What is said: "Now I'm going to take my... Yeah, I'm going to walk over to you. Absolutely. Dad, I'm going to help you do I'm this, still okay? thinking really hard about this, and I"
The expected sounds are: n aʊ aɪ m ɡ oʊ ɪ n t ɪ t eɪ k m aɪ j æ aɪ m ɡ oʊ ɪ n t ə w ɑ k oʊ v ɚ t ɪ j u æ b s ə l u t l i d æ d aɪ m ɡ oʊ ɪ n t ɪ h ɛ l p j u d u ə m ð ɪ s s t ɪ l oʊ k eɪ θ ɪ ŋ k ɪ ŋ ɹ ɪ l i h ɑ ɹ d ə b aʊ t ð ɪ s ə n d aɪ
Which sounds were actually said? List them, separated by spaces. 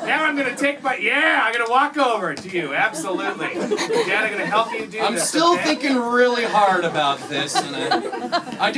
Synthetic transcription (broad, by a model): n aʊ aɪ m ɡ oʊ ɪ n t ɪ t eɪ k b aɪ j æ aɪ m ɡ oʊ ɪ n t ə w ɑ k oʊ v ɚ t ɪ j u æ b s ə l u t l i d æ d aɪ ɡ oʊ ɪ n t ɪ h ɛ l p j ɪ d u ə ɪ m s t ɪ l θ ɪ ŋ k ɪ ŋ ɹ ɪ l i h ɑ ɹ d ə b aʊ t ð ɪ s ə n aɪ